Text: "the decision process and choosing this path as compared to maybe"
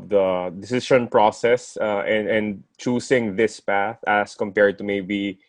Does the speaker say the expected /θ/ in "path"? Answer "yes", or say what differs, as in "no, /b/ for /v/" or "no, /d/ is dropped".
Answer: yes